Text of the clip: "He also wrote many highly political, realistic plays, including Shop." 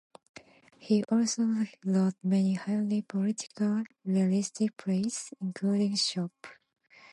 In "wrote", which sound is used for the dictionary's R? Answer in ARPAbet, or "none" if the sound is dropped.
L